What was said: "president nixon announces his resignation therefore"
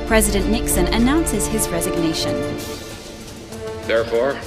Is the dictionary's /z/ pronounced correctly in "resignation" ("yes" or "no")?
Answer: yes